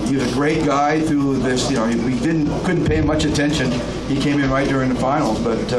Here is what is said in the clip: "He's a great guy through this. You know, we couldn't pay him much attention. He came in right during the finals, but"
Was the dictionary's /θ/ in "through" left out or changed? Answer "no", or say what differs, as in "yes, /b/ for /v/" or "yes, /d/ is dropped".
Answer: no